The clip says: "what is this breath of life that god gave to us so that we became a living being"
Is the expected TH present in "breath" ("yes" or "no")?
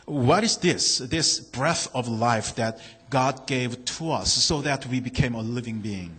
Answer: yes